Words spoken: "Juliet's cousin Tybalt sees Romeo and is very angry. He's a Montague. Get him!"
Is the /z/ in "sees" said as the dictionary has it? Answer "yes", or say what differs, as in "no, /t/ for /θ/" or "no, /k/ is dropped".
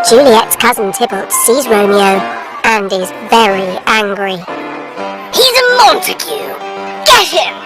yes